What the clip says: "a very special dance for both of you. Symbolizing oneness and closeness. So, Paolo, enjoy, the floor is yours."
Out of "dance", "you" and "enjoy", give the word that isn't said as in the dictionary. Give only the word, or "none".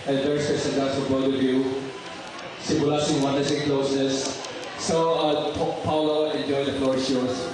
dance